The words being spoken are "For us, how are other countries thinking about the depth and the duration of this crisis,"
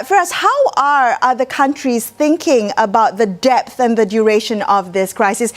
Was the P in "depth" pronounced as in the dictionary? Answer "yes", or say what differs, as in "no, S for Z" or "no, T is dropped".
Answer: yes